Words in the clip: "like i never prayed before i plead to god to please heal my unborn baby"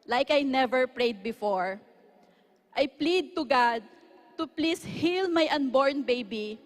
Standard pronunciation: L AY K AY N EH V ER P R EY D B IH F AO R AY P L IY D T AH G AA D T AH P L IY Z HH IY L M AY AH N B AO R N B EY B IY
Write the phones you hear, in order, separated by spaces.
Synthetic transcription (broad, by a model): L AY K AY N EH V ER P R EY D B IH F AO R AY P L IY D T AH G AA D T AH P L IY S HH IY L M AY AH N B AO R N B EY B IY